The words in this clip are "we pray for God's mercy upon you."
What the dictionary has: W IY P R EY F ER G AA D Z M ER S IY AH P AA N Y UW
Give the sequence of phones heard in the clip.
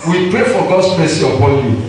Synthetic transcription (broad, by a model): W IY P R EY F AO G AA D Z M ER S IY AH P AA L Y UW